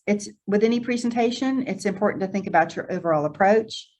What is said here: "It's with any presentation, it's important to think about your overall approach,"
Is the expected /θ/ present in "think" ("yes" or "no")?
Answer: yes